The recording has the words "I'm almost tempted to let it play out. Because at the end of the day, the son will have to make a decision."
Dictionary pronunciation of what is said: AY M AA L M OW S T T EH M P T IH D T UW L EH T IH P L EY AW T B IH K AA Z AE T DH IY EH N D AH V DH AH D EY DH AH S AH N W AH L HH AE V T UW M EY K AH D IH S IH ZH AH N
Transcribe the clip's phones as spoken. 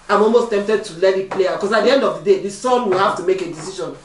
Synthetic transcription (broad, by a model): AY M AA L M OW S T T EH M P T IH D T UW L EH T IH P L EY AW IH K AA S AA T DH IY EH N D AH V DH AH D EY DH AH S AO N W AH L HH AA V T UW M EY K AH D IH S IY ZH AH N